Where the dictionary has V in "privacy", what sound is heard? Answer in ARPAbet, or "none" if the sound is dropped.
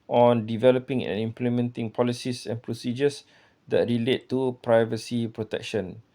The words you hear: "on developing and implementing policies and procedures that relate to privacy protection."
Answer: V